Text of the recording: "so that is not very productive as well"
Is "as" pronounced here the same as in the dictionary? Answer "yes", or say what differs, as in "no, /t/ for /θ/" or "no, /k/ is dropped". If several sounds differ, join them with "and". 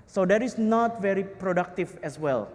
no, /s/ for /z/